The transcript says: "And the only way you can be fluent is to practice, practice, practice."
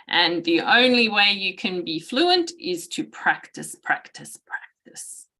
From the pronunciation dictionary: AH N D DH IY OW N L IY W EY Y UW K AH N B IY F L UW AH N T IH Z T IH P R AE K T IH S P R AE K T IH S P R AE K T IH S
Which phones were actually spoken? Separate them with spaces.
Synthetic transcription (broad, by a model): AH N DH IY OW N L IY W EY Y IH K AH N B IY F L UW AH N T IH Z T IH P R AE K T IH S P R AE K T IH S P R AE K T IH S